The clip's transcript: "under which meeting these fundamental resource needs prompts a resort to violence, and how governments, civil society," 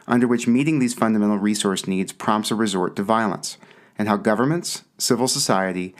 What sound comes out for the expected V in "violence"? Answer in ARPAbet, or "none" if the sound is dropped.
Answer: V